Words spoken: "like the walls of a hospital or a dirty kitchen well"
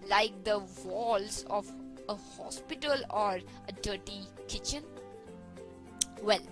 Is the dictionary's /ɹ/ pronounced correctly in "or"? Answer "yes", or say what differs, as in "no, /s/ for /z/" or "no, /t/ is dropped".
yes